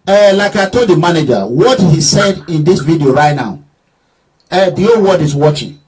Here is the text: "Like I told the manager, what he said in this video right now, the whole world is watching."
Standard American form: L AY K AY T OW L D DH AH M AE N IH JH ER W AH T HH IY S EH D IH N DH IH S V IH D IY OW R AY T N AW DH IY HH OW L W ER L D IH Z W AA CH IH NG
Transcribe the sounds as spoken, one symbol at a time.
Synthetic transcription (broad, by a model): L AY K AY T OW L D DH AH M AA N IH JH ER W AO T HH IY S EH D IH N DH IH S V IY D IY OW R AY T N AW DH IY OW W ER D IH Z W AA CH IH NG